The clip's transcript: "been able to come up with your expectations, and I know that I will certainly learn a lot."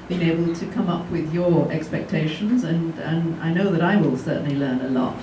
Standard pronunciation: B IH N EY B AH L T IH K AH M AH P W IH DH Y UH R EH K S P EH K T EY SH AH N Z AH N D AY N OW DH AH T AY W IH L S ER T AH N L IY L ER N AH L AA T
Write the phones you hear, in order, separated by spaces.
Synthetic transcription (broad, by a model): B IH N EY B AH L T IH K AH M AH P W IH DH Y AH R EH K S P EH K T EY SH AH N Z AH N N AY N OW DH AH T AY W IH L S ER T N L IY L ER N AH L AA T